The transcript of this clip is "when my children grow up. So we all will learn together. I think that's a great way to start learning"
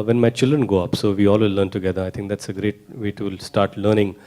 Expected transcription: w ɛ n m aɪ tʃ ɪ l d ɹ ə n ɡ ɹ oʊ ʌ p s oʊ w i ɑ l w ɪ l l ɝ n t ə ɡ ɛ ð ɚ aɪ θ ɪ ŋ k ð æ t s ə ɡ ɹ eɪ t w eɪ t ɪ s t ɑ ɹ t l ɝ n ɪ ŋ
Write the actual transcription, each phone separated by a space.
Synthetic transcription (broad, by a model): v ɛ n m aɪ tʃ ɪ l d ɹ ə n ɡ oʊ ʌ p s oʊ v i ɑ l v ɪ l l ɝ n t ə ɡ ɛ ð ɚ aɪ t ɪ ŋ k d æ t s ə ɡ ɹ eɪ t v eɪ t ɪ s t ɑ ɹ t l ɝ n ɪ ŋ